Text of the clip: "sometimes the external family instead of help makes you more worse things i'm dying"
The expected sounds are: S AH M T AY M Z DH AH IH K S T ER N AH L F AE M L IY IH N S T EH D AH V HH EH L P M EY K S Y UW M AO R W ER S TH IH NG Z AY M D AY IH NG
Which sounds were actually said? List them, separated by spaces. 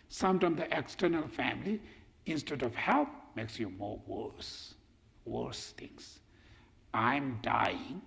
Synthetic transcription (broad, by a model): S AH M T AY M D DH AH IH K S T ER N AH L F AE M L IY IH N S T EH D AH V HH EH L P M EY K S Y UW M AO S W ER S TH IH NG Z AY M D AY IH NG